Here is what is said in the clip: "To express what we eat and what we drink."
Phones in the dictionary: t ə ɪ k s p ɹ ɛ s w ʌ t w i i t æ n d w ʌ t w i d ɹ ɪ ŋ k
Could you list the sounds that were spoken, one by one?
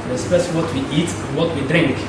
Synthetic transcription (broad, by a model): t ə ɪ s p ɛ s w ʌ t w i i t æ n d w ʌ t w i d ɹ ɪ ŋ k